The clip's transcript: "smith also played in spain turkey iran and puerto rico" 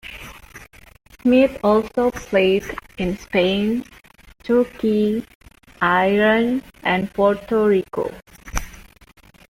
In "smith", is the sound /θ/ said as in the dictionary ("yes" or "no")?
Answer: no